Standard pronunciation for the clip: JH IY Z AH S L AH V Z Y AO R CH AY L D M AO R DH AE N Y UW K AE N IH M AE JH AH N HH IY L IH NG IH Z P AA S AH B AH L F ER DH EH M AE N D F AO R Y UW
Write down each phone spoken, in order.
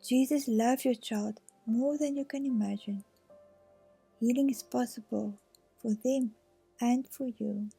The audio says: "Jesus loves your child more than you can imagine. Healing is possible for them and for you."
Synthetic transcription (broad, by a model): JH IY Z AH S L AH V Y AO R CH AY L D M AO R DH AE N Y UW K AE N IH M AE JH AH N HH IY L IH NG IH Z P AA S AH B AH L F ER DH EH M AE N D F AO R Y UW